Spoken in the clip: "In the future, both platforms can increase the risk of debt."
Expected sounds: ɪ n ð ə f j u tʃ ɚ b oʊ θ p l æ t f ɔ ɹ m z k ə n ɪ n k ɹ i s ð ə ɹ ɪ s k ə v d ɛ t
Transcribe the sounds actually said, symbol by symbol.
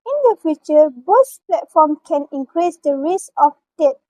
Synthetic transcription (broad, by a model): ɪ n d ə f j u tʃ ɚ b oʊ s p l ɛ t f ɔ m k ə n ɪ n k ɹ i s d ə ɹ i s ə f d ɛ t